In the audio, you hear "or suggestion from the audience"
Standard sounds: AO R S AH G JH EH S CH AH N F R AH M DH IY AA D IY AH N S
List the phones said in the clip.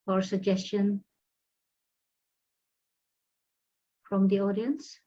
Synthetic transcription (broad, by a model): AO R S AH G JH EH S CH AH N F R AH M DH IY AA D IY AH N S